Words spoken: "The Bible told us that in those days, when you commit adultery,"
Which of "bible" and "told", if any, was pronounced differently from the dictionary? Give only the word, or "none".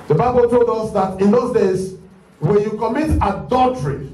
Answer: none